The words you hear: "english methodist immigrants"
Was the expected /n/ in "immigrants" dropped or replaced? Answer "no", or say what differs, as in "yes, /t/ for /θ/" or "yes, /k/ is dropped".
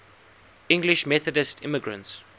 no